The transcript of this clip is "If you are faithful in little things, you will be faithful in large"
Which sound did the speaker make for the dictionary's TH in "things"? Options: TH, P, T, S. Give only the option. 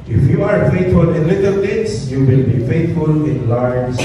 T